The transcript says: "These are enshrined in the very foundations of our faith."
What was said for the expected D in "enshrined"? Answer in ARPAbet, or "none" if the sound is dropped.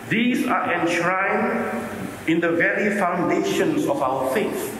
none